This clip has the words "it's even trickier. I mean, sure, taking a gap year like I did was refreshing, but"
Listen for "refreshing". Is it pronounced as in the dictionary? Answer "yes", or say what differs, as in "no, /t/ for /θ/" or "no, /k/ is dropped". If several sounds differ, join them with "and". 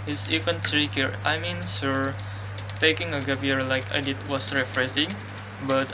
no, /s/ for /ʃ/